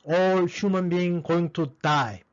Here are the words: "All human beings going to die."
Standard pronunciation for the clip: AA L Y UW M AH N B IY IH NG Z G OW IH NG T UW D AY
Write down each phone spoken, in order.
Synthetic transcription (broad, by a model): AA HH Y UW M AH N B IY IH NG G OW IH NG T UW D AY